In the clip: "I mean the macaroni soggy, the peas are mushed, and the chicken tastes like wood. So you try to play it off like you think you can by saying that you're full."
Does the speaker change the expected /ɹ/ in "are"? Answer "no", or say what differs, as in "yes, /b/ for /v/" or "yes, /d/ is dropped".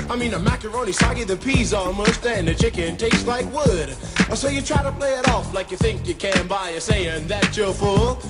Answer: yes, /l/ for /ɹ/